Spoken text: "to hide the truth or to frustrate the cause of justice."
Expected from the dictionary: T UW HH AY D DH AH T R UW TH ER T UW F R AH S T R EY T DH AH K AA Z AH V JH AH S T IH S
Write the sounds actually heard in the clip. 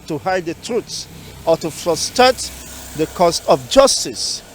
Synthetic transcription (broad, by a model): T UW HH AY D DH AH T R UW S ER T UW F R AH S T R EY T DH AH K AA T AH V JH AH S T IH S